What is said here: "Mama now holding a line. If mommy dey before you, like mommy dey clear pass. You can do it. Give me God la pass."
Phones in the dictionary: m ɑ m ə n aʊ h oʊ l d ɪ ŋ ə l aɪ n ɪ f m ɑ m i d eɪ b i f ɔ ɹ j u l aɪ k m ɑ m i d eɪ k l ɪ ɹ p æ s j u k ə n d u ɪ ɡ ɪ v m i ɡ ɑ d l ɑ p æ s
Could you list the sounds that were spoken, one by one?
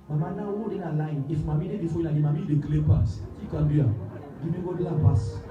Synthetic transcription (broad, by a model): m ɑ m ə n aʊ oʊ d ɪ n ə l aɪ n ɪ f m ɑ m i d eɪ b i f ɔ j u n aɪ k m ɑ m i d eɪ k l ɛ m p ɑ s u k ə n d u ɪ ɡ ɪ m i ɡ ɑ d l ɑ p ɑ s